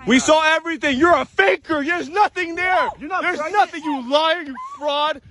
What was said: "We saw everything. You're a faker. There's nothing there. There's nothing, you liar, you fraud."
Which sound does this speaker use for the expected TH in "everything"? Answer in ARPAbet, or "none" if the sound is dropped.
TH